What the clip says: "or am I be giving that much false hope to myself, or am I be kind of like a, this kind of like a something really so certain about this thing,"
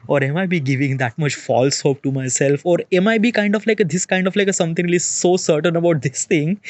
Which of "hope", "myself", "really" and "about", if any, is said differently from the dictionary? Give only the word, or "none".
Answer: really